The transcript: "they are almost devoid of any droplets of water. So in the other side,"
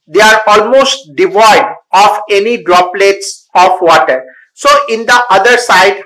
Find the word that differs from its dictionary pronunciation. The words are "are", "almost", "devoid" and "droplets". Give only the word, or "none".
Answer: none